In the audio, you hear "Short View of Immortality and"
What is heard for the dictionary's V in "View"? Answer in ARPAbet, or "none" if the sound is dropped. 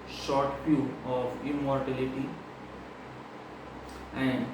P